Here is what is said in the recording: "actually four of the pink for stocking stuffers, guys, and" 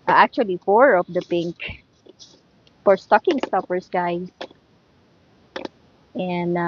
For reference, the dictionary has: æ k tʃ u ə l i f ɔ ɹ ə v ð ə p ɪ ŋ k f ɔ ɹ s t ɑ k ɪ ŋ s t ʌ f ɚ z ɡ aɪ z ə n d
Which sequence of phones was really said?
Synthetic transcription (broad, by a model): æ k tʃ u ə l i f ɔ ɹ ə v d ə p ɪ ŋ k f ɔ ɹ s t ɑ k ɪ ŋ s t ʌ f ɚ s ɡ aɪ s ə n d